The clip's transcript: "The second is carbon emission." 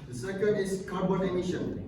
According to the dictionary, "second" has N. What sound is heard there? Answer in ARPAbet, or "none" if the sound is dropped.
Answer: none